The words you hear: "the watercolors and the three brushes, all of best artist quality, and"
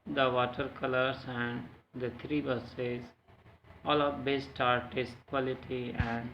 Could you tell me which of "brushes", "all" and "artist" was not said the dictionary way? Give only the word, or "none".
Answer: brushes